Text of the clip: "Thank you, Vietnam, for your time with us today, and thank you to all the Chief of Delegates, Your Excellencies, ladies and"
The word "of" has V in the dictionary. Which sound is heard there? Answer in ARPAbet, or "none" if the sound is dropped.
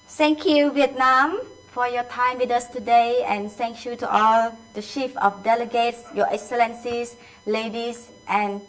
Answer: F